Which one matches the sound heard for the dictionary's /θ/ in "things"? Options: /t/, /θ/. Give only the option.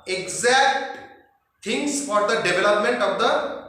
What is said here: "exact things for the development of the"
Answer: /t/